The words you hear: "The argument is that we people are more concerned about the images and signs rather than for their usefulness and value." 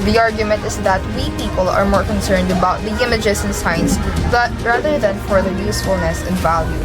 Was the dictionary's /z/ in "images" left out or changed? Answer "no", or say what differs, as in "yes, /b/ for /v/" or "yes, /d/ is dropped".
yes, /s/ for /z/